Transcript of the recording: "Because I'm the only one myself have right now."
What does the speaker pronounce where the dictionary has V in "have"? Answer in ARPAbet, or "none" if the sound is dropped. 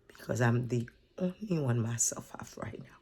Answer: F